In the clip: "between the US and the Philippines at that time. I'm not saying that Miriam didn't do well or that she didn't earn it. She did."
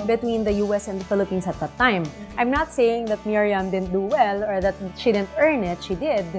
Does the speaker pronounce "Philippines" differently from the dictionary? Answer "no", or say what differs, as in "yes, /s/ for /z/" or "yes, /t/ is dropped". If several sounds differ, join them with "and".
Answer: yes, /s/ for /z/